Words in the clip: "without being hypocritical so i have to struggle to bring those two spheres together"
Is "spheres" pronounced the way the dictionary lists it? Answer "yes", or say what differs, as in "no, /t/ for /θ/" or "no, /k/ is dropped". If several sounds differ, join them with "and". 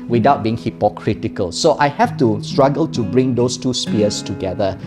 no, /p/ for /f/